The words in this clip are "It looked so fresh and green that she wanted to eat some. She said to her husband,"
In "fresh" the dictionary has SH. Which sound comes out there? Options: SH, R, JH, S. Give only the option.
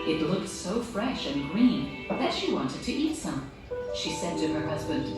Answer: SH